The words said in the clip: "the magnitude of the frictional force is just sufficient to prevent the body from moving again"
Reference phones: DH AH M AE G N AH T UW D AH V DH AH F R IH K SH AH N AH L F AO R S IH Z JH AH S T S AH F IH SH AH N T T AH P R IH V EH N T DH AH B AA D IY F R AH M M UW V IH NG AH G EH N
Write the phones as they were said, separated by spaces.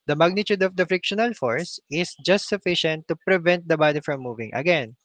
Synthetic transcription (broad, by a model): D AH M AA G N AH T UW D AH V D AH F R IH K SH AH N AH L F AO R S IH S JH AH S T S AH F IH SH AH N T T AH P R IH V EH N T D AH B AA D IY F R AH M M UW V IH NG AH G EH N